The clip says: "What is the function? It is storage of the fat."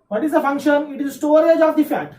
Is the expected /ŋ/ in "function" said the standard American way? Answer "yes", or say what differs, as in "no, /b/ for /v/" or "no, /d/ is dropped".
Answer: yes